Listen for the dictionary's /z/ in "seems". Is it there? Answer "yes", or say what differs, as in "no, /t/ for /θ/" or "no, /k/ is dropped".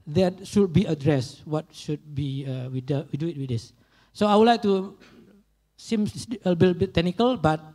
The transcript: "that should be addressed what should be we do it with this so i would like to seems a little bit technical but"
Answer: no, /z/ is dropped